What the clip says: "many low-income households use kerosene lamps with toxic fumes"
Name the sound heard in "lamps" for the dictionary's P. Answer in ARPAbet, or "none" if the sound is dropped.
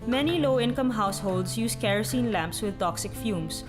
P